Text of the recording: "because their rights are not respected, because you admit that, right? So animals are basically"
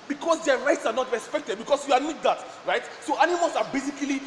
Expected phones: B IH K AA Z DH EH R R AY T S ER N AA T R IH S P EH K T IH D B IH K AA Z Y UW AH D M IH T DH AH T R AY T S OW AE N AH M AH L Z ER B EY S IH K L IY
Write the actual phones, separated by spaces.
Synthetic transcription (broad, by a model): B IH K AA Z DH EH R R AY T S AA N AA T R IH S P EH K T IH D B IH K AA S Y UW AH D M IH T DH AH T R AY T S OW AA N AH M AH L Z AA B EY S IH K L IY